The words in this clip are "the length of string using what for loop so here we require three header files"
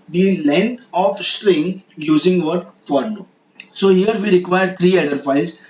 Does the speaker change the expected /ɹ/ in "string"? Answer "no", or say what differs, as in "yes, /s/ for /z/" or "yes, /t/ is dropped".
no